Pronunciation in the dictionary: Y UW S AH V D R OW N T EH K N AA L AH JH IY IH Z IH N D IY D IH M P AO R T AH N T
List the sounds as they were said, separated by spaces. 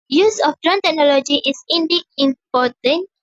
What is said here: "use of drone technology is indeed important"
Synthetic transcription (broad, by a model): Y UW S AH F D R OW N T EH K N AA L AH JH IY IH S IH N D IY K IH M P AO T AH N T